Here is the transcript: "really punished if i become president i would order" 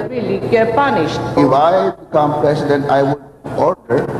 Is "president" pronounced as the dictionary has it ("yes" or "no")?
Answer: no